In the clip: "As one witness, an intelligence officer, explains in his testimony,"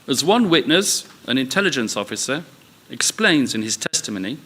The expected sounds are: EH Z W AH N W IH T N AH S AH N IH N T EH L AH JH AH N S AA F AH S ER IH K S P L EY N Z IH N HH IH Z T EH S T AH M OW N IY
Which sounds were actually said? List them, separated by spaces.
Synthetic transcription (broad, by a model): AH Z W AH N W IH T N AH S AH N IH N T EH L AH JH AH N S AA F AH S ER IH K S P L EY N Z IH N IH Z T EH S T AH M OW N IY